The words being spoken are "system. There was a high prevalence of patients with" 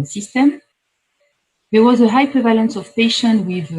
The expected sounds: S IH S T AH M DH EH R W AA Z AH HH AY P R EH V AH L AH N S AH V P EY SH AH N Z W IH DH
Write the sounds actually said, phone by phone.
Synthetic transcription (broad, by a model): S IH S T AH M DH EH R W AA Z AH HH AY P R EH V AH L AH N S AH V P EY SH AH N W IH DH